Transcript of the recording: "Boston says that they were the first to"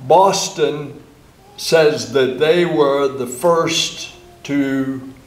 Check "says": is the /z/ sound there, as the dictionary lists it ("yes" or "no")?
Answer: yes